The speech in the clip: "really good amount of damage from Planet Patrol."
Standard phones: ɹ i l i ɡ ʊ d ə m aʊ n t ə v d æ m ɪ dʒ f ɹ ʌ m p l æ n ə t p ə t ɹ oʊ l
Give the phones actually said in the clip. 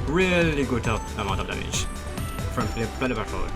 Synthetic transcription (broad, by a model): ɹ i l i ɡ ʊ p ə m aʊ n t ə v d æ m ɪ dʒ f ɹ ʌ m f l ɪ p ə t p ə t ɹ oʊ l